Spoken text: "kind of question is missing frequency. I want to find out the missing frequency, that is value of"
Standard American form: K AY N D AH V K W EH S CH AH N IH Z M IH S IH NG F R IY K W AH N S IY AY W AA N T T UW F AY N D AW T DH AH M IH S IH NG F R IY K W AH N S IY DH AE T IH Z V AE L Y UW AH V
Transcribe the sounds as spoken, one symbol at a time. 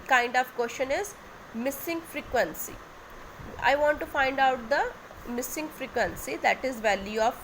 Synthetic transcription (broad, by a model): K AY N D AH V K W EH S SH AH N IH Z M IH S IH NG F R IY K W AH N S IY AY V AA N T T UW F AY N D AW T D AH M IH S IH NG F R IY K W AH N S IY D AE T IH Z V AE L Y UW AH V